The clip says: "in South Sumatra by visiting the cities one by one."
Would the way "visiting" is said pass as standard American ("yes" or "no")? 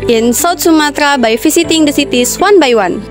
no